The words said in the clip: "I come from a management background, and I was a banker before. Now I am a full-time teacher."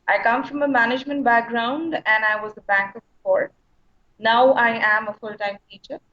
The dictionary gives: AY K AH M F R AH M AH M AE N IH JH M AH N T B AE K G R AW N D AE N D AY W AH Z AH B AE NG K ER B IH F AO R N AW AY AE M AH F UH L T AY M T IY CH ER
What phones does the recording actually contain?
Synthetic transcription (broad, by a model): AY K AH M F R AH M AH M AE N IH JH M AH N T B AE K G R AW N D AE N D AY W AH Z AH B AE NG K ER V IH P AO R N AW AY AE M AH F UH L T AY M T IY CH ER